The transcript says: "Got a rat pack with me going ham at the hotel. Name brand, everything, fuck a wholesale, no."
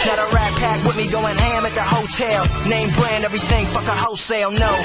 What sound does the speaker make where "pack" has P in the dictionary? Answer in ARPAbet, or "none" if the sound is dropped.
P